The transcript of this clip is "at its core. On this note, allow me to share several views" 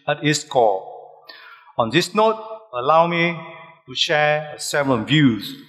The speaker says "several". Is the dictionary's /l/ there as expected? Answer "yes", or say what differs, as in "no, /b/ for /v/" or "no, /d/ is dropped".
no, /n/ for /l/